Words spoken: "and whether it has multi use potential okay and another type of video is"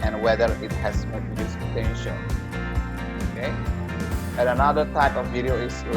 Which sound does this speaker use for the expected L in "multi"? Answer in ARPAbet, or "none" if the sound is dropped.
none